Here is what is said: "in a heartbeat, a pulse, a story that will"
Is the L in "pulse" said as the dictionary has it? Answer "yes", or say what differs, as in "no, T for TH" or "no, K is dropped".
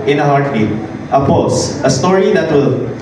no, L is dropped